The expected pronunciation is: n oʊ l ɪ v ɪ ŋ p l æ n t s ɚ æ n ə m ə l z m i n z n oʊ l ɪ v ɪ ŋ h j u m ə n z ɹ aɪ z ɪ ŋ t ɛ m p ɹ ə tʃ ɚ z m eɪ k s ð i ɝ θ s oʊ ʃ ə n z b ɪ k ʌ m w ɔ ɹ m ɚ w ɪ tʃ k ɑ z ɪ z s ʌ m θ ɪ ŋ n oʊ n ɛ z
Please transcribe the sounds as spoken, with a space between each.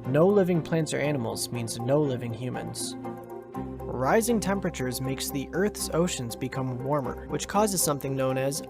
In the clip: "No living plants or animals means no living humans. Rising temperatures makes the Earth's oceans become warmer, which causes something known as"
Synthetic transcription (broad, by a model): n oʊ l ɪ v ɪ ŋ p l æ n t s ɚ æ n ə m l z m i n z n oʊ l ɪ v ɪ ŋ h j u m ə n z ɹ aɪ z ɪ ŋ t ɛ m p ɹ ə tʃ ɚ z m eɪ k s ð i ɝ θ s oʊ ʃ ə n z b ɪ k ʌ m w ɔ ɹ m ɚ w ɪ tʃ k ɑ z ɪ z s ʌ m θ ɪ ŋ n oʊ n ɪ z